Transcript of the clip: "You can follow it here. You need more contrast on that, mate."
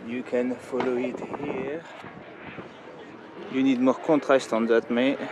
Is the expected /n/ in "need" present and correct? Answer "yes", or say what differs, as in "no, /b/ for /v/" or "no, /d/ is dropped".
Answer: yes